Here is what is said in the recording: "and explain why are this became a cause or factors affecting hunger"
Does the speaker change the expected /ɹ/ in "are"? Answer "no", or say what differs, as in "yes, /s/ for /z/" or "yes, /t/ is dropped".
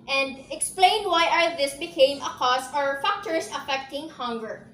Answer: yes, /l/ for /ɹ/